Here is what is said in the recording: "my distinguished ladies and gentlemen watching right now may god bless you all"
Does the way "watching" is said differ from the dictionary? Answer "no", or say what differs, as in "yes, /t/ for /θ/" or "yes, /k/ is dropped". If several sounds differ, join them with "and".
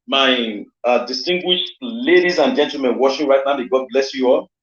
yes, /ʃ/ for /tʃ/